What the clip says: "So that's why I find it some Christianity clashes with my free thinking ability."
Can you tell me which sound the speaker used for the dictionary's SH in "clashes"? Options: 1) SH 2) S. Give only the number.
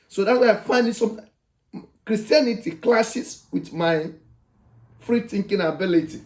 2